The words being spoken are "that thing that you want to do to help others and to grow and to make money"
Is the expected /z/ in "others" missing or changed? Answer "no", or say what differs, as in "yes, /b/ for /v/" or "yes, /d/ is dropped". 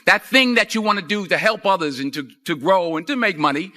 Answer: no